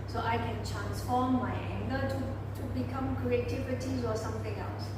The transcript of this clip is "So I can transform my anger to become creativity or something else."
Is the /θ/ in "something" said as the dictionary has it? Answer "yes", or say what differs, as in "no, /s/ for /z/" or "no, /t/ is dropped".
no, /t/ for /θ/